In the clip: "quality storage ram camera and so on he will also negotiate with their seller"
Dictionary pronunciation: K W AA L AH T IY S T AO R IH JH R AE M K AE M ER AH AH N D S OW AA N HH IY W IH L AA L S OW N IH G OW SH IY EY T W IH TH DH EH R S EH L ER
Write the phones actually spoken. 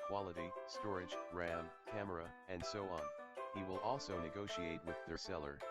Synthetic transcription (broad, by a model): K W AA L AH T IY S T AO R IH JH R AE M K AE M ER AH AH N D S OW AA N HH IY W IH L AA L S OW N IH G OW SH IY EY T W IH DH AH R S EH L ER